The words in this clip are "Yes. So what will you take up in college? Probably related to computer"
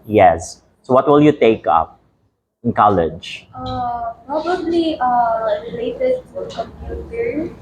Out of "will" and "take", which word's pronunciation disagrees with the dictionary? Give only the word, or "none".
none